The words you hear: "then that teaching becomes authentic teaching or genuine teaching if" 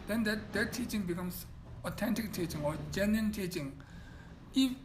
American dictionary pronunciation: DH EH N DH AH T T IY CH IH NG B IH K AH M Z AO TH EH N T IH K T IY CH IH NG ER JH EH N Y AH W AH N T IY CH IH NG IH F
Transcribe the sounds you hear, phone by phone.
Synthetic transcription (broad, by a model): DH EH N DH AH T T IY CH IH NG B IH K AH M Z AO T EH N T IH K T IY CH IH NG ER JH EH N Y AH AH N T IY CH IH NG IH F